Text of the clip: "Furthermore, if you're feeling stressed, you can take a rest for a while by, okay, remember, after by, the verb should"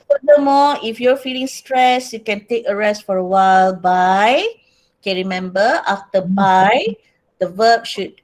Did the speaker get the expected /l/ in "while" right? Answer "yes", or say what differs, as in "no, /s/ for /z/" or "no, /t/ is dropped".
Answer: yes